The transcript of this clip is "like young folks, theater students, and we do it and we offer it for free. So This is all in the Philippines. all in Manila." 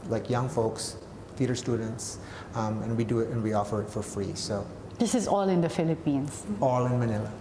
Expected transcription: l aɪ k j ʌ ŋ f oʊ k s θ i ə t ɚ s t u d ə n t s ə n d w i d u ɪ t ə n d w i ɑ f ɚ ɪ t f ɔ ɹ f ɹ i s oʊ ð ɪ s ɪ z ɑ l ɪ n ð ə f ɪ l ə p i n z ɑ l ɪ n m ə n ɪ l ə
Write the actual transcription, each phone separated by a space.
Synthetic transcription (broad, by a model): l aɪ k j ʌ ŋ f oʊ k s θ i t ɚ s t u d ə n t s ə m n w i d u ɪ t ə n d w i ɑ f ɚ ɪ t f ɔ ɹ f ɹ i s oʊ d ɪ s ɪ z ɑ l ɪ n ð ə f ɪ l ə p i n s ɑ l ɪ n m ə n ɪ l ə